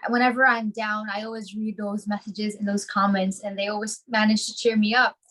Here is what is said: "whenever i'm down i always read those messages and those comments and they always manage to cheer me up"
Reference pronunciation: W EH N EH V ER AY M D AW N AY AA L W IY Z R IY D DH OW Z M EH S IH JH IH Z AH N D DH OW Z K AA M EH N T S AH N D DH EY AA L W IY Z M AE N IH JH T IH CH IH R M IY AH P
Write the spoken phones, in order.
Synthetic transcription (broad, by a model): W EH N EH V ER AY M D AW N AY AA L W IY Z R IY D DH OW Z M EH S IH JH IH Z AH N DH OW Z K AA M EH N T S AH N DH EY AA L W IY Z M AE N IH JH T IH CH IH R M IY AH P